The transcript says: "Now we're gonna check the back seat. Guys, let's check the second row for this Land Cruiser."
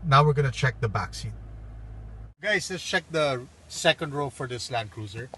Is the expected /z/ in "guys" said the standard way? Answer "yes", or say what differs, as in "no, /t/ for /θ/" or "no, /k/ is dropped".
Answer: no, /s/ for /z/